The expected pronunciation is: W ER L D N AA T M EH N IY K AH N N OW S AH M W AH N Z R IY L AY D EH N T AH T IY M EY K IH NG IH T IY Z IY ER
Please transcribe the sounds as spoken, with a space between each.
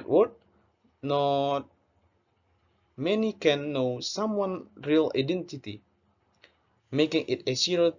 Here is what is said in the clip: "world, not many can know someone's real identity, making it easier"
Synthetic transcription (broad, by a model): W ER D N AA T M EH N IY K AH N N OW S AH M W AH N R IY L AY D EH N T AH T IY M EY K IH NG IH T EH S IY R